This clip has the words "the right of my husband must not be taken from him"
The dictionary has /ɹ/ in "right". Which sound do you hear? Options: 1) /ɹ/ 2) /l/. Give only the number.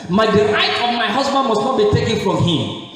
2